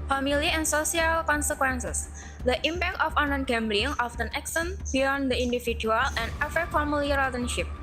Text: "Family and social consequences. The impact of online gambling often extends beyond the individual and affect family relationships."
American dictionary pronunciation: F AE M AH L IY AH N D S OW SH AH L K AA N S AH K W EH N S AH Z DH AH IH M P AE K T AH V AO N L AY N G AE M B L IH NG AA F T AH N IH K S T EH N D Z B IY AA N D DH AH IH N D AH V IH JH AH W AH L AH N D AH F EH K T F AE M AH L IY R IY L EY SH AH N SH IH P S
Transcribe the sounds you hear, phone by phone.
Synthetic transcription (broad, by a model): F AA M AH L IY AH N S OW S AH L K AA N S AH K W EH N S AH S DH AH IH M P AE K T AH F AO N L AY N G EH M B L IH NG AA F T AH N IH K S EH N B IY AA N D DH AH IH N D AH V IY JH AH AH L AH N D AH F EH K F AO M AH L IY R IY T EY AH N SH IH P